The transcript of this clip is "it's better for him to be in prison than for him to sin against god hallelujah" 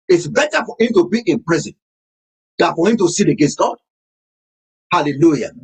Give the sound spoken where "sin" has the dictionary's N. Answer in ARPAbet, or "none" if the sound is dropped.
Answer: L